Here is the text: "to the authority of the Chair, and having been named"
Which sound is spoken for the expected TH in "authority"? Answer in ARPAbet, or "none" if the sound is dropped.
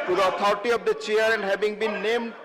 T